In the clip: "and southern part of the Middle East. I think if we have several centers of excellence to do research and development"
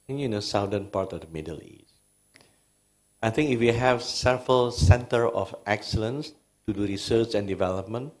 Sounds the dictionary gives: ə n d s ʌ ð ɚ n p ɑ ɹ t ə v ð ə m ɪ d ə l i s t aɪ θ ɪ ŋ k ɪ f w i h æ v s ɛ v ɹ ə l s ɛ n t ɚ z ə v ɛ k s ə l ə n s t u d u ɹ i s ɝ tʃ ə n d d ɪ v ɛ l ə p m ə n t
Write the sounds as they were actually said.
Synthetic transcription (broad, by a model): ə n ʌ s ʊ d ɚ n p ɑ ɹ t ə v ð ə m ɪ d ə l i s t aɪ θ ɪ ŋ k ɪ f w i h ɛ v s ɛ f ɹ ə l s ɛ n t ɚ ə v ɛ k s ə l ə n s t u d u ɹ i s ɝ tʃ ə n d d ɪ v ɛ l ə p m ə n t